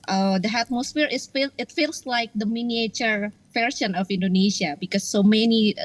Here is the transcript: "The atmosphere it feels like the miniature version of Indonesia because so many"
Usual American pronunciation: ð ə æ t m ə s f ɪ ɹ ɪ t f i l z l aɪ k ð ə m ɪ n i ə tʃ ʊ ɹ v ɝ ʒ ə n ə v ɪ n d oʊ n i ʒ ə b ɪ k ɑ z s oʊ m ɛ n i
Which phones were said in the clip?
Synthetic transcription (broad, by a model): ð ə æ t m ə s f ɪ l ɪ t f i l s l aɪ k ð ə m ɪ n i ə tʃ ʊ ɹ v ɝ ʃ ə n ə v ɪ n d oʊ n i ʃ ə b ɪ k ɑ s oʊ m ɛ n i